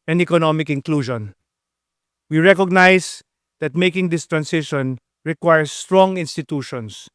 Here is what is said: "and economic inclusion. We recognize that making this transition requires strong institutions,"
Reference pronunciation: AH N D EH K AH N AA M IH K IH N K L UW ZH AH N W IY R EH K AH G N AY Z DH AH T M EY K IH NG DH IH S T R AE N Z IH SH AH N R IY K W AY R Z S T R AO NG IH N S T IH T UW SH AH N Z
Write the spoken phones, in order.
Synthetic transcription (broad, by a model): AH N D EH K AH N AA M IH K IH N K L UW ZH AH N W IY R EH K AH G N AY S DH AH T M EY K IH NG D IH S T R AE N S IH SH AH N R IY K W AY R S T R AO NG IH N S T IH T UW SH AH N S